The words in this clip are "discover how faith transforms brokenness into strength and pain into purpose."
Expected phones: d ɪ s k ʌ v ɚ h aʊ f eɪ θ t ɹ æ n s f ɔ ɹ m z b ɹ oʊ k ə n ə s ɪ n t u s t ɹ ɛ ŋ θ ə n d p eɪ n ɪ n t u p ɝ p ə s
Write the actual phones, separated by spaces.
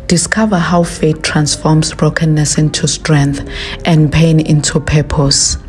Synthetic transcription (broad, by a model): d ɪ s k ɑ v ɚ h aʊ f eɪ t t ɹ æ n s f ɔ m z b ɹ oʊ k ə n ə s ɪ n t u s t ɹ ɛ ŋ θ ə n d p eɪ n ɪ n t u p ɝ p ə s